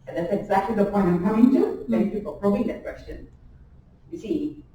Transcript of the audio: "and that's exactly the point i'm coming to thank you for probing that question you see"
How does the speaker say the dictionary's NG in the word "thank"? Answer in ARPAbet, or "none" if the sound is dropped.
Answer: none